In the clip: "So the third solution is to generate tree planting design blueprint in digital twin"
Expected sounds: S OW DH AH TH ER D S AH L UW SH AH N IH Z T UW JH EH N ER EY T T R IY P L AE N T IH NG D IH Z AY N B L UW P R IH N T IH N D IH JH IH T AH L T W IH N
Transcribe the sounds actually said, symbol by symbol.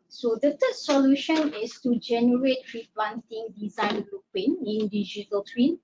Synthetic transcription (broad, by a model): S OW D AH T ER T S AH L UW SH AH N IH S T UW JH EH N ER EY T T R IY P L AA N T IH NG D IH Z AY N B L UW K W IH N IH N D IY JH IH T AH L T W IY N